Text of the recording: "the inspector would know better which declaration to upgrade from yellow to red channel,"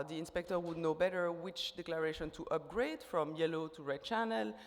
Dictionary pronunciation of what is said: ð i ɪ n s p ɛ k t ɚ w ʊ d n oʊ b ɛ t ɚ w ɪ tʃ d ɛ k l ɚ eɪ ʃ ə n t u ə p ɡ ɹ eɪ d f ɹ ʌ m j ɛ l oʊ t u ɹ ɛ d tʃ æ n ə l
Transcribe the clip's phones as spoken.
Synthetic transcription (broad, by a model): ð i ɪ n s p ɛ k t ɚ w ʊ d n oʊ b ɛ t ɚ w ɪ tʃ d ɛ k l ɚ eɪ ʃ ə n t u ə p ɡ ɹ eɪ d f ɹ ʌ m j ɛ l oʊ t u ɹ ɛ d tʃ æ n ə l